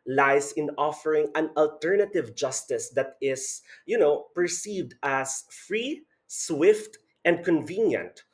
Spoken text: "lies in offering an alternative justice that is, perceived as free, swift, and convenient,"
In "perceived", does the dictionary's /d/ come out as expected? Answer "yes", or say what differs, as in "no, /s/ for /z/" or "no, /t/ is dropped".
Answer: yes